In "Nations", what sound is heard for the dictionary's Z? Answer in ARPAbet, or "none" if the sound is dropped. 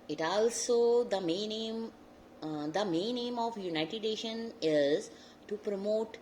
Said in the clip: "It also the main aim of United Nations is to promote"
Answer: none